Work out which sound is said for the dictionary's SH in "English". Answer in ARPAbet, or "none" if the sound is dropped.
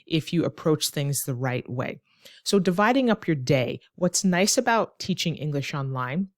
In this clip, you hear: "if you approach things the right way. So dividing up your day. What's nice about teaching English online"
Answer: SH